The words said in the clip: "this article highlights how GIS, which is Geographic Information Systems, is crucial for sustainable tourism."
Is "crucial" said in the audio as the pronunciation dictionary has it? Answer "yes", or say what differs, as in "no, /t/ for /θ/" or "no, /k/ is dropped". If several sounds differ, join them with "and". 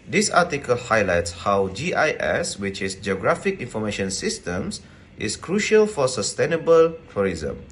yes